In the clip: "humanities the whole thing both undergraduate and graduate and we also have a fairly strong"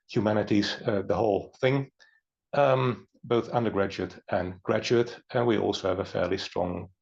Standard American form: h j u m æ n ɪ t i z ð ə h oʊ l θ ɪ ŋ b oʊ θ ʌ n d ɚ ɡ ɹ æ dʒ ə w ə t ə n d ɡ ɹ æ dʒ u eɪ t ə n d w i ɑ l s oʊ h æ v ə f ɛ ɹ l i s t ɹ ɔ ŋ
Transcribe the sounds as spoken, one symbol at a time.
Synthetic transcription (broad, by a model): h j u m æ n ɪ t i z ð ə h oʊ l θ ɪ ŋ b oʊ θ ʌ n d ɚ ɡ ɹ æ dʒ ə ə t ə n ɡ ɹ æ dʒ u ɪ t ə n w i ɑ l s oʊ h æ v ə f ɛ ɹ l i s t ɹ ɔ ŋ